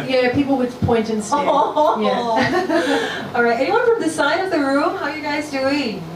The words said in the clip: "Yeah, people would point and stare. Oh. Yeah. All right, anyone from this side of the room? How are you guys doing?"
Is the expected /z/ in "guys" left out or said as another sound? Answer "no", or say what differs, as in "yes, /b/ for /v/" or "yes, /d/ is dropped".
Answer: no